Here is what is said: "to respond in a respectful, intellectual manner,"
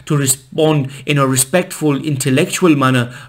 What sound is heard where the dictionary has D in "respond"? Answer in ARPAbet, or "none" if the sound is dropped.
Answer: D